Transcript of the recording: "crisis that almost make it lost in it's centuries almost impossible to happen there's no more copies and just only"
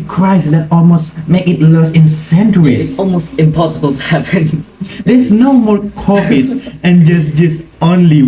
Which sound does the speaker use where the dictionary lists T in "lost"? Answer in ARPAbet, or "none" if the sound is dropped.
none